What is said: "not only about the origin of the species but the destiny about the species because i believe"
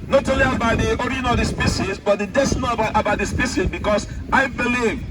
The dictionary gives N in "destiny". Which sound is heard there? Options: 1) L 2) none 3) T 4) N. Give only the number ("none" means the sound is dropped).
2